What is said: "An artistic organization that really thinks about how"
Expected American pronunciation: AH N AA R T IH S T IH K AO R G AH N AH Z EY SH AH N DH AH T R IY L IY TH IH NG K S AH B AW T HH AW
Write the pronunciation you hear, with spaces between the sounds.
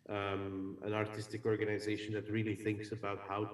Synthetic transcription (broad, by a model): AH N AA R T IH S T IH K AO R G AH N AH Z EY SH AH N DH AH T R IY L IY TH IH NG K S AH B AW T HH AW